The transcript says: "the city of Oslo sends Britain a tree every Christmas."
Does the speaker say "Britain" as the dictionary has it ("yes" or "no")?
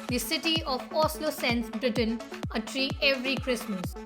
yes